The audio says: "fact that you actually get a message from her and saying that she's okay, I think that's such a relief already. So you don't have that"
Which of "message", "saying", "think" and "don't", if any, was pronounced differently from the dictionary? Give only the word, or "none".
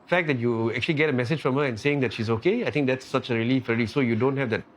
think